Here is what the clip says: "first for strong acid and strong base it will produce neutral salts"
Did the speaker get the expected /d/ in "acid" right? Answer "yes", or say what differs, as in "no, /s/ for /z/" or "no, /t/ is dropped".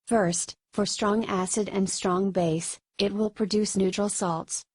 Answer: yes